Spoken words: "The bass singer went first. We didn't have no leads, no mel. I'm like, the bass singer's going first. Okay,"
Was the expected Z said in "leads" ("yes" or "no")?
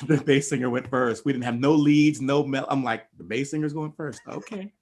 yes